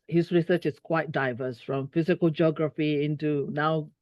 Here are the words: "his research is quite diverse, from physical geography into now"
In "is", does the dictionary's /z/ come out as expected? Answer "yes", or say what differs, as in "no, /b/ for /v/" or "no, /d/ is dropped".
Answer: no, /s/ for /z/